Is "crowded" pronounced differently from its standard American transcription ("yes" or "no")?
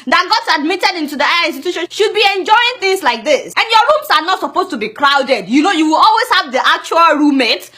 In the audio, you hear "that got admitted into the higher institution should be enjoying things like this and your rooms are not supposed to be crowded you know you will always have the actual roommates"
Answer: no